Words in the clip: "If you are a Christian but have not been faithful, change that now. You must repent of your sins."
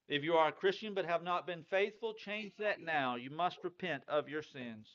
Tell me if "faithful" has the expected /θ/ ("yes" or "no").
yes